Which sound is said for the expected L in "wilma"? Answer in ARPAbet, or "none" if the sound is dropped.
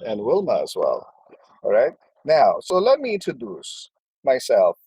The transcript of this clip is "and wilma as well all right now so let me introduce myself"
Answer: L